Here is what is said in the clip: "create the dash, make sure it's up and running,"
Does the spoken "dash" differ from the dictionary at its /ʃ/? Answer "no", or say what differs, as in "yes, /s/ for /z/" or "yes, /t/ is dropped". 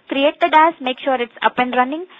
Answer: yes, /s/ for /ʃ/